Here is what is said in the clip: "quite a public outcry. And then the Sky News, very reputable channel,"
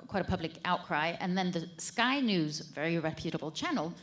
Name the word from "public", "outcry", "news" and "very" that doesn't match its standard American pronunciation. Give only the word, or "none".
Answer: none